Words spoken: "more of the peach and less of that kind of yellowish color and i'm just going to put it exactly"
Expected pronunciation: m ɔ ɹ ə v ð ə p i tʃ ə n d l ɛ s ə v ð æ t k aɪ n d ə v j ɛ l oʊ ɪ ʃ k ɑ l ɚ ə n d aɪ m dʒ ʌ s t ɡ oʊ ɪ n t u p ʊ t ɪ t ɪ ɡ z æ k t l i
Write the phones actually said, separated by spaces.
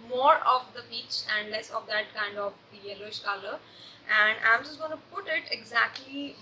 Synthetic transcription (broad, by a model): m ɔ ɹ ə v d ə b i tʃ ə n d l ɛ s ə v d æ t k aɪ n d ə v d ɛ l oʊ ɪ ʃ k ɑ l ɚ ə n d aɪ m dʒ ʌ s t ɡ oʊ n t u p ʊ t ɪ t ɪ ɡ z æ k t l i